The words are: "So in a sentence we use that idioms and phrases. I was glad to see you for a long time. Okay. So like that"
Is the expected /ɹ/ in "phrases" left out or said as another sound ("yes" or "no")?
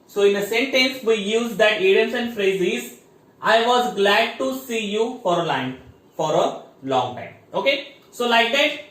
no